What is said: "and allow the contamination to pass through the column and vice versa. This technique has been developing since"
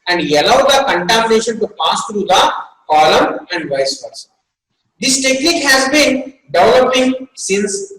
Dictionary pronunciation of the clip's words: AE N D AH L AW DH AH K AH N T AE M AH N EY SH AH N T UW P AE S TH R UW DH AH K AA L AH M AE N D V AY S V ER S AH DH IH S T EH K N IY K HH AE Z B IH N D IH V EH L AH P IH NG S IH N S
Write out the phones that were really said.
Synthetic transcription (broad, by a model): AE N D AH L AW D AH K AH N T AE M AH N EY SH AH N T UW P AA S T R UW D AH K AA L AH M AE N D V AY S P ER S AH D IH S T EH K N IY K HH AE Z B IH N D IH V EH L AH P IH NG S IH N S